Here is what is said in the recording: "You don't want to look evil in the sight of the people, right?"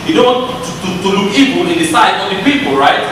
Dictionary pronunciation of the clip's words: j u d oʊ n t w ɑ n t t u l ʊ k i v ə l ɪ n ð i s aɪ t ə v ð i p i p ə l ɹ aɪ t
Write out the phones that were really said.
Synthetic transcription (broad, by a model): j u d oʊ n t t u t t u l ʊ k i b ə ɪ n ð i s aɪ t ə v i p i p ə l ɹ aɪ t